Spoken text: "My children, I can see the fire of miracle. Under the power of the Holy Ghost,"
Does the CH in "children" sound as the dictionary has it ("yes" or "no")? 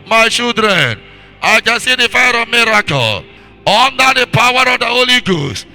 no